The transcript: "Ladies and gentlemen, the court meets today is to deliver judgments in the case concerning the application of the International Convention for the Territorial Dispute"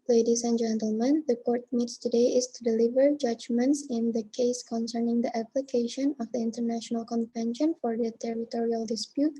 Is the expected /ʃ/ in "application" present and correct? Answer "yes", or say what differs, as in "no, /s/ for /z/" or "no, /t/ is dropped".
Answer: yes